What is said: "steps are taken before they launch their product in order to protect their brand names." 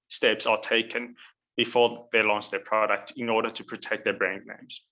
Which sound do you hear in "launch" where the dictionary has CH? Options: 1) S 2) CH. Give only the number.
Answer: 1